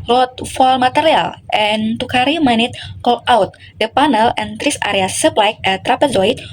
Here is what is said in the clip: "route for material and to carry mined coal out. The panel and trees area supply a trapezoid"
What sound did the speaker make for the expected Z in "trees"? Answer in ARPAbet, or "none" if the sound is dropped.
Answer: S